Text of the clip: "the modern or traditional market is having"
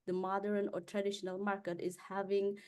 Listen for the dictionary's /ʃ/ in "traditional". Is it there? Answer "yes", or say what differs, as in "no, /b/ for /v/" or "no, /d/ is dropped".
yes